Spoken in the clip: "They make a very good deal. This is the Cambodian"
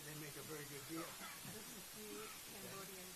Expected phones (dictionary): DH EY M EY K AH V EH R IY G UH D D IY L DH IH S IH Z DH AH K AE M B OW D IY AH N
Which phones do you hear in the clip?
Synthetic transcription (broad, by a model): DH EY M EY K AH V EH R IY G UH D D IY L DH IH IH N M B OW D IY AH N